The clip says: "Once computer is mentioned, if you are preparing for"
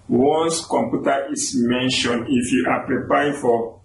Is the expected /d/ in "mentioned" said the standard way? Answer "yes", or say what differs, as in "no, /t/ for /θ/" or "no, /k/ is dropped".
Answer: no, /d/ is dropped